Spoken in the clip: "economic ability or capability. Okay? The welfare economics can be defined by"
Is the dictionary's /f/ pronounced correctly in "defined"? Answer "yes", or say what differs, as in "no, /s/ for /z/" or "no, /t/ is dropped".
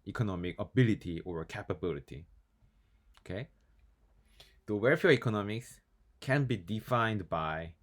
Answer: yes